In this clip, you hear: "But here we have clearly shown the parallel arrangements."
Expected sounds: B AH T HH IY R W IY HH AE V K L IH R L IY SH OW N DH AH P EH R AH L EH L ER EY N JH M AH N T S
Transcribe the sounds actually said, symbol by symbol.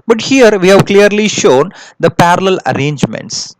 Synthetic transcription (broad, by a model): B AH T HH IY R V IY HH AE V K L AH R L IY SH OW N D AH P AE R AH L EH L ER EY N JH M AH N T S